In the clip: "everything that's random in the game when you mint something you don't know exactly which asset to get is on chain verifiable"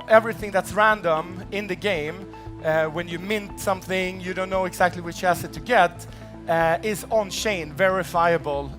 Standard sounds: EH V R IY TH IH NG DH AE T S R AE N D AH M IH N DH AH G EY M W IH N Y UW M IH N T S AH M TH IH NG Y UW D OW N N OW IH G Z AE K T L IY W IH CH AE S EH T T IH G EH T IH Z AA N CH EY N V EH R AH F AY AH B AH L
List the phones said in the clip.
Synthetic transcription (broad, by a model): EH V R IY TH IH NG DH AE T S R AE N D AH M IH N DH AH G EY M W IH N Y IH M IH N T S AH M TH IH NG Y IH D OW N N OW IH G Z AE K T L IY W IH CH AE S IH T T IH G EH T IH Z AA N SH EY N V EH R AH F AY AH B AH L